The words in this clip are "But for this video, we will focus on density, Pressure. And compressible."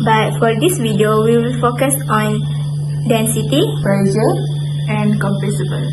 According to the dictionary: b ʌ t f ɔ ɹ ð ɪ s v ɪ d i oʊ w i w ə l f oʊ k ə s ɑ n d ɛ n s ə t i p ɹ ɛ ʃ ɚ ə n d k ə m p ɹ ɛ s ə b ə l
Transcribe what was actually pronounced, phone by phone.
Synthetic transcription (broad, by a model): b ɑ t f ɔ ɹ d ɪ s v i d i oʊ w i w ə l f oʊ k ə s ɑ n d ɛ n s ə t i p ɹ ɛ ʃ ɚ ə n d k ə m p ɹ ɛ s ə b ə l